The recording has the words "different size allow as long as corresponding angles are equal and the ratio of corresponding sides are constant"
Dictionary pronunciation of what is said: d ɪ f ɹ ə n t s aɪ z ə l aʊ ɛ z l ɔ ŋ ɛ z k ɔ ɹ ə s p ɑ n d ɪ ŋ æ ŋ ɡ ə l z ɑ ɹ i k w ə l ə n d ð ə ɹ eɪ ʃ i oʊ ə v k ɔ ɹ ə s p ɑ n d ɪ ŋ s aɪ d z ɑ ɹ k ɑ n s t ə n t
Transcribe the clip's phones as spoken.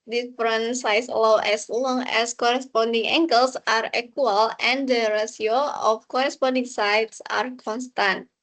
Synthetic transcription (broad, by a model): d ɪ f ɹ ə n s aɪ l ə w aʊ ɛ s l ɔ ŋ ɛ s k ɔ ɹ ə s p ɑ n d ɪ ŋ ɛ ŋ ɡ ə l s ɑ ɹ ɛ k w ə l ə n d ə ɹ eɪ s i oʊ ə f k ɔ ɹ ə s p ɑ n d ɪ ŋ s aɪ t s ɑ ɹ k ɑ n s t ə n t